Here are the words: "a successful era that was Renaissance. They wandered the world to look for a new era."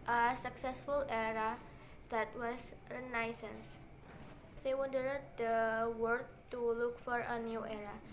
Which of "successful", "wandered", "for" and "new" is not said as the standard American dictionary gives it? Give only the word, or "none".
wandered